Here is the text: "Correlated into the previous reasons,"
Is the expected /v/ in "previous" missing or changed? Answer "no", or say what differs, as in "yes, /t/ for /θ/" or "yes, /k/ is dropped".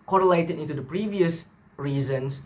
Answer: no